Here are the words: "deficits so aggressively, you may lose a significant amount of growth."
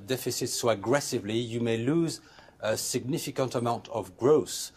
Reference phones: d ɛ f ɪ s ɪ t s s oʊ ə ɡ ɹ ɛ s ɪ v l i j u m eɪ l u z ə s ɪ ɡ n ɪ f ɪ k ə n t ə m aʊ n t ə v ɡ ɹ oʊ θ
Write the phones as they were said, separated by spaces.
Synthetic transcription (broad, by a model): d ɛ f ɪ s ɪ t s s oʊ ə ɡ ɹ ɛ s ɪ v l i j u m eɪ l u z ə s ɪ ɡ n ɪ f ɪ k ə n t ə m aʊ n t ə v ɡ ɹ oʊ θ